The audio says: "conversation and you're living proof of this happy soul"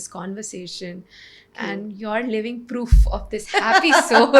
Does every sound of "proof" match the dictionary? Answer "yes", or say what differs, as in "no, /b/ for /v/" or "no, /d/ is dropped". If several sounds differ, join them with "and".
yes